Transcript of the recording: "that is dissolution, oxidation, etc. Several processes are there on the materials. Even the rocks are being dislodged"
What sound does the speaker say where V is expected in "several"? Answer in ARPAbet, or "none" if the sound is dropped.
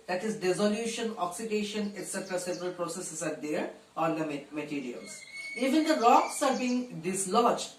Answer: P